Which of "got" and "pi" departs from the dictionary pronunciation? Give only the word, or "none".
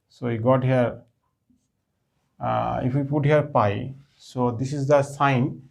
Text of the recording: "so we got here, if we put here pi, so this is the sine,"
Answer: none